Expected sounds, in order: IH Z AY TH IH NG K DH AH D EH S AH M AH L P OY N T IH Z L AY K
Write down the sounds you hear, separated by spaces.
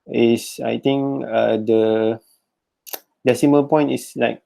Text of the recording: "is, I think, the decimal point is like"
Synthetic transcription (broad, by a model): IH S AY T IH NG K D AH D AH S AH M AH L P OY N T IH S L AY K